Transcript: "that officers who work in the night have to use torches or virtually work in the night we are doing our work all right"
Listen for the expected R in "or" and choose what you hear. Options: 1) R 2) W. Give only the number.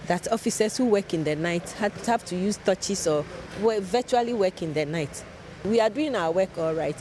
2